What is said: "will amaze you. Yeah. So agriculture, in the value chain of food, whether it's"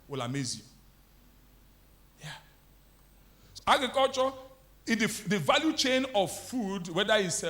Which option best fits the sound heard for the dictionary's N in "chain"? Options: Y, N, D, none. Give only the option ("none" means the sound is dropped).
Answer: N